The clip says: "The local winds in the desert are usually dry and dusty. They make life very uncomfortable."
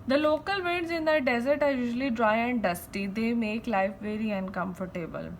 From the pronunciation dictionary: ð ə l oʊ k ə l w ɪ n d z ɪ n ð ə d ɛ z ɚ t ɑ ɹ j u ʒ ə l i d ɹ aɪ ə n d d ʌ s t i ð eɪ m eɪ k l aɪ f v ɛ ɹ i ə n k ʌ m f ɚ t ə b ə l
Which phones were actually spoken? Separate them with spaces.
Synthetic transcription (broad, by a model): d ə l oʊ k ə l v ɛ d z ɪ n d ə d ɛ z ɚ t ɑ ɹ j u ʒ ə l i d ɹ aɪ ə n d d ʌ s t i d eɪ m eɪ k l aɪ f v ɛ ɹ i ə n k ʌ m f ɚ t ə b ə l